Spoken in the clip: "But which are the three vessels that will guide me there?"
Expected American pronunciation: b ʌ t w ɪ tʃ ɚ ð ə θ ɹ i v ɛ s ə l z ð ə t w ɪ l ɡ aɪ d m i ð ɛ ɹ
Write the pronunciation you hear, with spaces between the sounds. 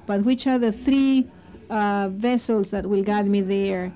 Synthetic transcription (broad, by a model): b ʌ t w ɪ tʃ ɚ ð ə θ ɹ i v ɛ s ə l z ð ə t w ɪ l ɡ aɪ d m i ð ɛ ɹ